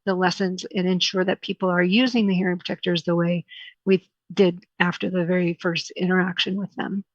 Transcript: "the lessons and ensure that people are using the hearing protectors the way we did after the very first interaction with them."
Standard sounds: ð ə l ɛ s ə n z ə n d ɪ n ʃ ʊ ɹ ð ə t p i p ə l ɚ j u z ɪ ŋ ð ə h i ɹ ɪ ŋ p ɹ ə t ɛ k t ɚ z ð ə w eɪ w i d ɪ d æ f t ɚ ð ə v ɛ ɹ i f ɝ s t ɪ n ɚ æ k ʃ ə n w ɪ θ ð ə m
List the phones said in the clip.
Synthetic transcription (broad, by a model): ð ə l ɛ s ə n z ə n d ɪ n ʃ ʊ ɹ ð ə t p i p l ɚ j u z ɪ ŋ ð ə h i ɹ ɪ ŋ p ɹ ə t ɛ k t ɚ z ð ə w eɪ w i d ɪ d æ f t ɚ ð ə v ɛ ɹ i f ɝ s t ɪ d ɚ æ k ʃ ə n w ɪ ð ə m